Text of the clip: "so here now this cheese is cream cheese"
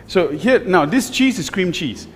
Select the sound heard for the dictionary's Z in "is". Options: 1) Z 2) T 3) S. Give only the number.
3